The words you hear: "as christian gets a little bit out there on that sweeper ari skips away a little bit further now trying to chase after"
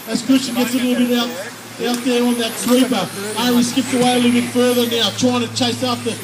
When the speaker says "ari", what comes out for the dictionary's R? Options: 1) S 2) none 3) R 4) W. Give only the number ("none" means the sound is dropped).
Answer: 4